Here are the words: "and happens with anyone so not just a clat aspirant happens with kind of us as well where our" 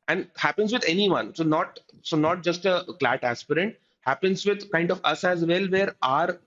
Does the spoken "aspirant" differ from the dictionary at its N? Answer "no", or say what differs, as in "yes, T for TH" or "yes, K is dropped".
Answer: no